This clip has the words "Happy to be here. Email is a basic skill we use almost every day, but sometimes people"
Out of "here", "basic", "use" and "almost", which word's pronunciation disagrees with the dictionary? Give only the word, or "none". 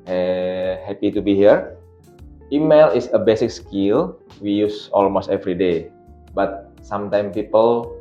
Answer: none